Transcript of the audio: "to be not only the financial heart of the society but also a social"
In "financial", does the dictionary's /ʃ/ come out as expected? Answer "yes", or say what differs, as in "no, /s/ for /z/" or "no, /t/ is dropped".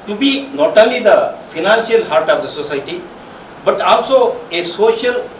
no, /s/ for /ʃ/